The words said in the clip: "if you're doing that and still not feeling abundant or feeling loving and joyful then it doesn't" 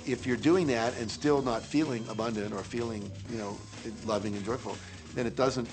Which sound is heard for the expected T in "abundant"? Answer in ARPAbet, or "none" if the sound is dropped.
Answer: T